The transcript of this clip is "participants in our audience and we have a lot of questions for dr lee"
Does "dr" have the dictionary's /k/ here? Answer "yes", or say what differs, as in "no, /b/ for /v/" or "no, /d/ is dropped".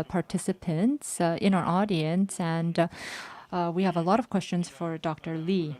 yes